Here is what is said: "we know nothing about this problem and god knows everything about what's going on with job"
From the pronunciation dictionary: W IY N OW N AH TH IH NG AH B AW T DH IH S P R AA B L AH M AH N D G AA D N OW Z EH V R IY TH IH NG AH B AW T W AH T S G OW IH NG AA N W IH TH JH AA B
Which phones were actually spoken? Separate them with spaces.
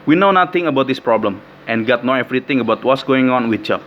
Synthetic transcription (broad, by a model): W IY N OW N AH T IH NG AH B AW T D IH S P R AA B L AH M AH N G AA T N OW EH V R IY T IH NG AH B AW T W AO T S G OW IH NG AA N W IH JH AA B